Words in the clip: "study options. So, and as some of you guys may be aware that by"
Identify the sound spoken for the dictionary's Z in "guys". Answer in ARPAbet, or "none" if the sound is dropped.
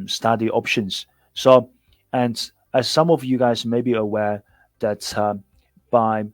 Z